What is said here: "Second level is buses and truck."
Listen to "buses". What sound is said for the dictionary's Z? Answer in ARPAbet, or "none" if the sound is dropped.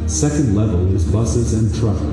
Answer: Z